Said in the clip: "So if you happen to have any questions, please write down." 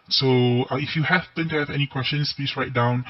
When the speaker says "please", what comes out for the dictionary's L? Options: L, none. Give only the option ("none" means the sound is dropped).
none